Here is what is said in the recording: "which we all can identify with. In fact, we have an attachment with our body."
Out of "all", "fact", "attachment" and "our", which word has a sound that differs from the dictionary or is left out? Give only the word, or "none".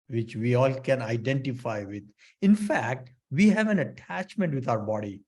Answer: none